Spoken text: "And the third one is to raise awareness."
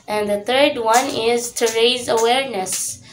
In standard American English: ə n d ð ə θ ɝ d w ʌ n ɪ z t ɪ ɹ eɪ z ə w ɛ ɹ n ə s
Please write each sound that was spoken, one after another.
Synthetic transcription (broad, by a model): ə n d ð ə θ ɝ d w ʌ n ɪ z t ɪ ɹ eɪ z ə w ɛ ɹ n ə s